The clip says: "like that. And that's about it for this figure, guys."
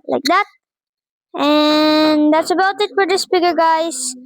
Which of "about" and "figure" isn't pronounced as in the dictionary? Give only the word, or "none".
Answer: figure